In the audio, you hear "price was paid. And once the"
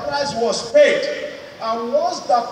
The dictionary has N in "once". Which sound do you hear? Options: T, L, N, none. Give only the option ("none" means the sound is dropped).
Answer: none